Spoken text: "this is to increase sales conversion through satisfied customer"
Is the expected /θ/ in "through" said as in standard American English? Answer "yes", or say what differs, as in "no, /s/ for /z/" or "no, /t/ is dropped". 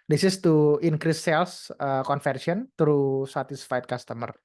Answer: no, /t/ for /θ/